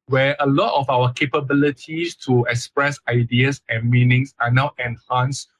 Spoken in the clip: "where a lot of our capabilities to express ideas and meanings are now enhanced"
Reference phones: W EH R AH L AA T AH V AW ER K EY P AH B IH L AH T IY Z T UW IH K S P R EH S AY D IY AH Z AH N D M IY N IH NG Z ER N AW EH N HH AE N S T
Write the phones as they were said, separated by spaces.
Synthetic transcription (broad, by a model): W EH AH L AA T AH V AW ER K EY P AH B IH L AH T IY S T UW IH K S P R EH S AY D IY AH S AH N M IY N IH NG S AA N AW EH N HH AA N S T